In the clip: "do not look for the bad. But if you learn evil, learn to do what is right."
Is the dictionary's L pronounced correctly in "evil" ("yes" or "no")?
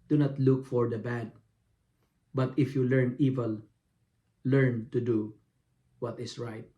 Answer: yes